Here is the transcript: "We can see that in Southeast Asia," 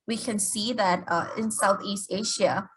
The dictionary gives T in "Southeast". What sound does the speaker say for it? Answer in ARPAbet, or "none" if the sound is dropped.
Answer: T